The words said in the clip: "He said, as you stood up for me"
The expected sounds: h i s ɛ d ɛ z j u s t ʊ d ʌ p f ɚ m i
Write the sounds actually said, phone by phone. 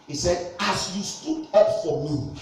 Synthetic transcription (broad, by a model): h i s ɛ d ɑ s j u s t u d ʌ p f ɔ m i